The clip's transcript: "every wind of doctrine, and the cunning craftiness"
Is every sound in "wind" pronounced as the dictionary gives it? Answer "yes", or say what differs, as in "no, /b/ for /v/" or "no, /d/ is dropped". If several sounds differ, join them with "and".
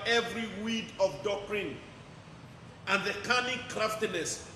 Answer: no, /n/ is dropped